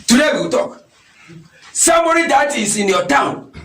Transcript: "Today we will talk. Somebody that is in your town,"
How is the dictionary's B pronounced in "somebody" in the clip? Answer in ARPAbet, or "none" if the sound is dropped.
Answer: none